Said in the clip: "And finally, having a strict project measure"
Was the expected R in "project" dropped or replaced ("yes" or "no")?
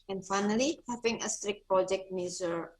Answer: no